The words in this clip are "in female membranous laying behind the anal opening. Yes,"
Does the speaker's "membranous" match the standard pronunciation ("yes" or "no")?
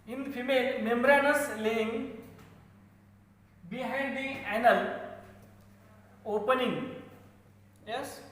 yes